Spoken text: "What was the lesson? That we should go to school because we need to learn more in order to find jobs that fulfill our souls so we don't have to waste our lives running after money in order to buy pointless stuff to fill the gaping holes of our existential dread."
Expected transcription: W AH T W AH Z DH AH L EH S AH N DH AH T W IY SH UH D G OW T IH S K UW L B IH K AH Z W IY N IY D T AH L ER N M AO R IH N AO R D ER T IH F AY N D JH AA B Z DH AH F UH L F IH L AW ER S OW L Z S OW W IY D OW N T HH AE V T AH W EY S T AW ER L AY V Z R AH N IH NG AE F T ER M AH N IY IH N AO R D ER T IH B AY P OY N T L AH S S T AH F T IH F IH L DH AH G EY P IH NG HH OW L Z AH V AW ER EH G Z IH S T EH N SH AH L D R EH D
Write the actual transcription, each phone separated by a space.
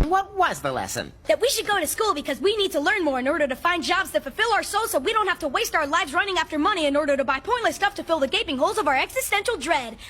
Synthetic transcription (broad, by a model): W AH T W AH Z DH AH L EH S AH N DH AH T W IY SH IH D G OW T IH S K UW L B IH K AH Z W IY N IY D T AH L ER N M AO R IH N AO R D ER T IH F AY N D JH AA B Z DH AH F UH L F IH L AW ER S OW L Z S OW W IY D OW N T HH AE F T AH W EY S T AW ER L AY V Z R AH N IH NG AE F T ER M AH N IY IH N AO R D ER T IH B AY P OY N T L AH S S T AH F T IH F IH L DH AH G EY P IH NG HH OW L Z AH V AW ER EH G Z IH S T EH N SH L D R EH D